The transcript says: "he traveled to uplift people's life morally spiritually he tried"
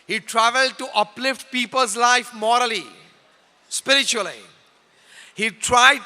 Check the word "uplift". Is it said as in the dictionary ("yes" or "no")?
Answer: yes